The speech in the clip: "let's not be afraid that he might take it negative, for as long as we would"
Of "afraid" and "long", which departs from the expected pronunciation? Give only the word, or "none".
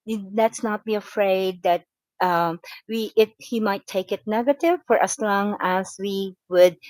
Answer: none